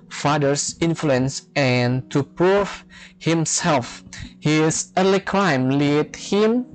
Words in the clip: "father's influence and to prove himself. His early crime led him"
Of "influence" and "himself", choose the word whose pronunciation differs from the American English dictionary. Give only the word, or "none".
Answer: none